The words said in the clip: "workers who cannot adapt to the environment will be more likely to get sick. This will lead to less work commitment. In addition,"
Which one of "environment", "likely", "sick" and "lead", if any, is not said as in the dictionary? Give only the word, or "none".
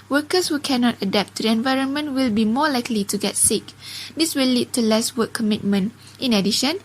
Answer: none